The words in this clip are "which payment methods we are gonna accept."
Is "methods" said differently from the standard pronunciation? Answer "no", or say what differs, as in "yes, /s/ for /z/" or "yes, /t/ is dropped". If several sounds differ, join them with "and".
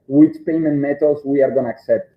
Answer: yes, /t/ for /θ/